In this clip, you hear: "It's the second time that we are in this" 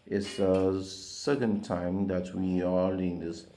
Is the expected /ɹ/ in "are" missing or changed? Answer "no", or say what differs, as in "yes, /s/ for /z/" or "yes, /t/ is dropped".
yes, /l/ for /ɹ/